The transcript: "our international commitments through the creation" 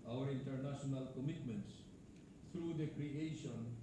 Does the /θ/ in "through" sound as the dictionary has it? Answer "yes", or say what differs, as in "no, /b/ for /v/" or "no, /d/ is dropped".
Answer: no, /t/ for /θ/